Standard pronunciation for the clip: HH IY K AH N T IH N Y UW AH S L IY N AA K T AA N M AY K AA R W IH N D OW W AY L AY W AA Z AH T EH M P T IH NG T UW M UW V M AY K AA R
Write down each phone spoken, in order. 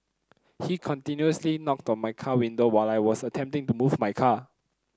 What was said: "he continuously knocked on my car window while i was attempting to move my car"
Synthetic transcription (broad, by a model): HH IY K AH N T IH N Y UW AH S L IY N AA K T AA N M AY K AA W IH N D OW W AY L AY W AA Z AH T EH M P T IH NG T UW M UW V M AY K AA